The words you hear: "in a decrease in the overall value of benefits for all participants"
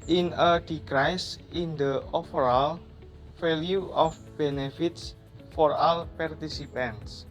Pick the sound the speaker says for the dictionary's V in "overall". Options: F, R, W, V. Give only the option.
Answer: F